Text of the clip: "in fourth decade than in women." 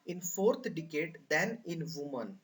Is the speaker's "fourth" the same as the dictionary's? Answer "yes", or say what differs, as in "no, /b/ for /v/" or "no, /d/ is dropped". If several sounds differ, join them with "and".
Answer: no, /t/ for /θ/